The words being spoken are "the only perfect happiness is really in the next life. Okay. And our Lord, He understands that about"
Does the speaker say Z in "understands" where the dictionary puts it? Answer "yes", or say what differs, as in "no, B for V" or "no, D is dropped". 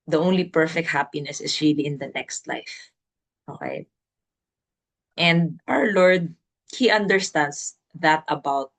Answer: no, S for Z